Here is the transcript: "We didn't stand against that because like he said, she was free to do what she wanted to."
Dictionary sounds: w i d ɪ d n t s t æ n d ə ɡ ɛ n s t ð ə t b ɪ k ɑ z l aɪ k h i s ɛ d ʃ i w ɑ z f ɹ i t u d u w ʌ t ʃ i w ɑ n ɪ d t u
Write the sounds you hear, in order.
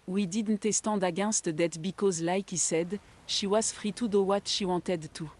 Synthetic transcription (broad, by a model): w i d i d n t s t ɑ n d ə ɡ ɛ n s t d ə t b ɪ k ɑ z l aɪ k i s ɛ d ʃ i w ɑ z f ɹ i t u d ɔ w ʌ t ʃ i w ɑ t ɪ d t u